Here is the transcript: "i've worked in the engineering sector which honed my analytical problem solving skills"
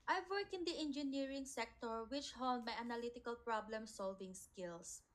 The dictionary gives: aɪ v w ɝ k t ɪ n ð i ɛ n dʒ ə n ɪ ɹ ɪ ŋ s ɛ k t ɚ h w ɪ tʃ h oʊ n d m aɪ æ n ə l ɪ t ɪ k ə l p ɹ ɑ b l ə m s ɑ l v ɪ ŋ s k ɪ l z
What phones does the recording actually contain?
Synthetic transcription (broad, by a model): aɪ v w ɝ k ɪ n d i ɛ n dʒ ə n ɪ ɹ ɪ ŋ s ɛ k t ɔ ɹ w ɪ tʃ h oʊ l d m aɪ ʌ n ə l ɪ t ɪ k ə l p ɹ ɑ b l ə m s ɑ l v ɪ ŋ s k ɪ l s